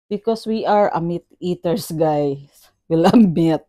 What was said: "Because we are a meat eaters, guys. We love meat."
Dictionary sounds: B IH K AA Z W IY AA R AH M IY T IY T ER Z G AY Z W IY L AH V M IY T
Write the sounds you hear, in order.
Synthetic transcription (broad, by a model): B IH K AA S W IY AA R AH M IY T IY T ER S G AY S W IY L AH B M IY T